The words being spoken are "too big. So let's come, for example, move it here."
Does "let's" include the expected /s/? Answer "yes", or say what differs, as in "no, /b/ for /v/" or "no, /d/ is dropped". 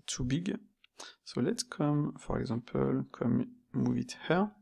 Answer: no, /s/ is dropped